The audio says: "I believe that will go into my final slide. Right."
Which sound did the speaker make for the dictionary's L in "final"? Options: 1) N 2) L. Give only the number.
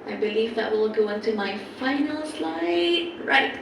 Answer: 2